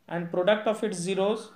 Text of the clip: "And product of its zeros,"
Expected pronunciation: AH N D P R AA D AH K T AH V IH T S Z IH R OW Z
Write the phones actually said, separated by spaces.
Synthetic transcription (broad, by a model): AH N D P R AA D AH K T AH F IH T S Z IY R OW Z